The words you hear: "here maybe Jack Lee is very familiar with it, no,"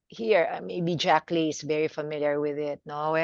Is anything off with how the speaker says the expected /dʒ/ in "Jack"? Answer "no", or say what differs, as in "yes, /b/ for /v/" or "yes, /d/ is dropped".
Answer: no